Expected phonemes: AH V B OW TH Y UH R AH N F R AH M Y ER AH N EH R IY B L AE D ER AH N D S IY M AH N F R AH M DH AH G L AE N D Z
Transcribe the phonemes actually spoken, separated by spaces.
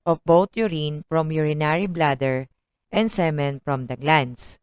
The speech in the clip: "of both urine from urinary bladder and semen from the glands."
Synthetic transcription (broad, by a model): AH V B OW T Y UH R AH N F R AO M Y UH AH N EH R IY B L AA D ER AH N D S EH M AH N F R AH M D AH G L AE N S